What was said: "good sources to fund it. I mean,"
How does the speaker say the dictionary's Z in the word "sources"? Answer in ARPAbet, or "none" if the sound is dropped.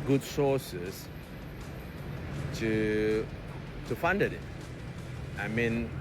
none